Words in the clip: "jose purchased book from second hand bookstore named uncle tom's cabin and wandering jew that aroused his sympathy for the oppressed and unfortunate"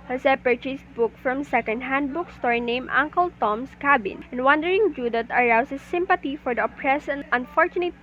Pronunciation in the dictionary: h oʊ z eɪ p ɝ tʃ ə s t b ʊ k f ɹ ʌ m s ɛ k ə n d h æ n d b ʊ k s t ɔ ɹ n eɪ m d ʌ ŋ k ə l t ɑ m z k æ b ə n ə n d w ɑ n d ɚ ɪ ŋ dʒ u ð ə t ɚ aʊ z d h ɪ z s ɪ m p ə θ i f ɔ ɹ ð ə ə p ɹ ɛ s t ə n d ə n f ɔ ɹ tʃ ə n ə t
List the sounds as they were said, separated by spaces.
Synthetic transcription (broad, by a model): h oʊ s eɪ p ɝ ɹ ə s b ʊ k f ɹ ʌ m s ɛ k ə n d h æ n d b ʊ k s t ɔ ɹ n eɪ m ʌ ŋ k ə l t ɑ m s k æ b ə n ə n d w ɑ n d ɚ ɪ ŋ dʒ u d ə t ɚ aʊ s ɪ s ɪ m p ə t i f ɔ ɹ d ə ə p ɹ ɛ s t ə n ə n f ɔ ɹ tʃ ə n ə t